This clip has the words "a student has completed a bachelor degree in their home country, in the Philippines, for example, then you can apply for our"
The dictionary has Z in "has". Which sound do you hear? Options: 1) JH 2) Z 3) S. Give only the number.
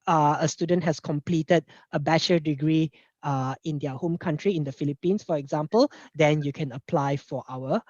3